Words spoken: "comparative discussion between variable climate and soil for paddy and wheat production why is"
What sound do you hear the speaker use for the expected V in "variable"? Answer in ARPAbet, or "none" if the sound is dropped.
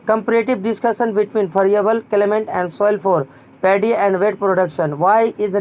P